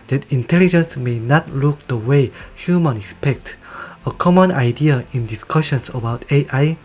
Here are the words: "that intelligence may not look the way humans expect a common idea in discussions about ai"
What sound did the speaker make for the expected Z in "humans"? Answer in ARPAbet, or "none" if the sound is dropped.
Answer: none